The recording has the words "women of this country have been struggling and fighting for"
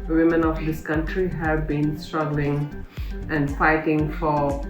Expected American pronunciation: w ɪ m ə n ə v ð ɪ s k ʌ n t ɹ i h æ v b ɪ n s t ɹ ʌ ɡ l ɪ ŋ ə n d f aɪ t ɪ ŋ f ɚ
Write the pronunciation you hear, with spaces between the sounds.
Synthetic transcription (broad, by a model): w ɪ m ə n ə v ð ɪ s k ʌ n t ɹ i h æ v b ɪ n s t ɹ ʌ ɡ l ɪ ŋ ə n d f aɪ t ɪ ŋ f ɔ